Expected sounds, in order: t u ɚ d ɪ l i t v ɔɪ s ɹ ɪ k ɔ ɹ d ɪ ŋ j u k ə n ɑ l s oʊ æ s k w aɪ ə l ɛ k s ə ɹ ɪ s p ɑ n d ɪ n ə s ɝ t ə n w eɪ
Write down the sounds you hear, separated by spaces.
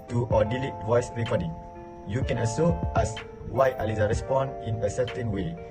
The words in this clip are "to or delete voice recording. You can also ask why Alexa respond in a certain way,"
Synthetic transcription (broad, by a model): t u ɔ d ɪ l i t v ɔɪ s ɹ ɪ k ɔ d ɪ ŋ j u k ə n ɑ s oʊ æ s w aɪ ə l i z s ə ɹ ɪ s p ɑ n d ɪ n ə s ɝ t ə n w eɪ